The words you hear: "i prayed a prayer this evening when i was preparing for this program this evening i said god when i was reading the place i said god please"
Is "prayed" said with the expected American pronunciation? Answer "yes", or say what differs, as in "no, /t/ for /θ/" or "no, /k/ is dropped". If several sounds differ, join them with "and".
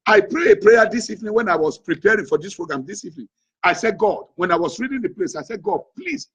no, /d/ is dropped